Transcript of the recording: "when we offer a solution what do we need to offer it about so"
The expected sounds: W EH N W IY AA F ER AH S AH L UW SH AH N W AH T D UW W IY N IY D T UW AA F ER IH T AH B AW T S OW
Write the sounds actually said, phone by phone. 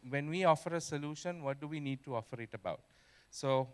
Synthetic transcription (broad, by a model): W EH N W IY AA F ER AH S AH L UW SH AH N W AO T D UW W IY N IY D T UW AA F ER IH T AH B AW T S OW